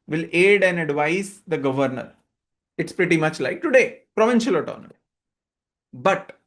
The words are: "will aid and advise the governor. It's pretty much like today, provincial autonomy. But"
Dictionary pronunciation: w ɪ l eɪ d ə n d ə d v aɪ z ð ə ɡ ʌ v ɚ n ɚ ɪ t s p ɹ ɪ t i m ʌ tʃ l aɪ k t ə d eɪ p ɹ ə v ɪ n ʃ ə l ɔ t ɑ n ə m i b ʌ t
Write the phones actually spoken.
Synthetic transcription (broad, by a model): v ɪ l eɪ d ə n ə d v aɪ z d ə ɡ ʌ v ɚ n ɚ ɪ t s p ɹ ɪ t i m ʌ tʃ l aɪ k t ə d eɪ p ɹ ə v ɪ n ʃ ə l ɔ t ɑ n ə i b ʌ t